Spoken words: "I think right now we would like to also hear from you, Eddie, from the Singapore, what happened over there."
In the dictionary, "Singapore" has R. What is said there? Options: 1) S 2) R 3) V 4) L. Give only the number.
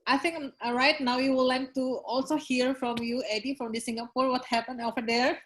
2